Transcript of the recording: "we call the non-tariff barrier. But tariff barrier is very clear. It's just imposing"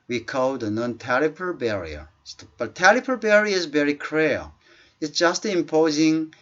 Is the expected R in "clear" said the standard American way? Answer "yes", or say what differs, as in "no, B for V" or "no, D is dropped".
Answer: no, L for R